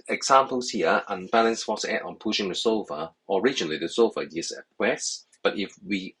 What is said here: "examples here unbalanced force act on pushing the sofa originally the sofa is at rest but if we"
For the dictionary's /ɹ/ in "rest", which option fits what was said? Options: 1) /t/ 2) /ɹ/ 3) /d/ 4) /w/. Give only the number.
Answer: 4